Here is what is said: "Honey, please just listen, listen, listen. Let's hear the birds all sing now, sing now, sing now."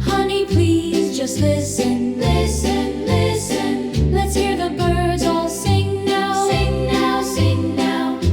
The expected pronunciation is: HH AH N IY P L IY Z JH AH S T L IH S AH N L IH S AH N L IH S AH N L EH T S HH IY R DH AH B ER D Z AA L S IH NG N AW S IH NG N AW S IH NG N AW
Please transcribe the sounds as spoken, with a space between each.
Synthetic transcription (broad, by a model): HH AH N IY P L IY Z JH AH S T L IH S AH N L IH S AH N L IH S AH N L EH T S HH IY R DH AH B ER D Z AA L S IH NG N AW S IH NG N AW S IH NG N AW